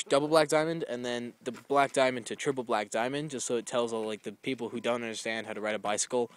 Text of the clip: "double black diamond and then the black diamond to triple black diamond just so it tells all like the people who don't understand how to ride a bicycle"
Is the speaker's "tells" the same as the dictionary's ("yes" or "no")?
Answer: yes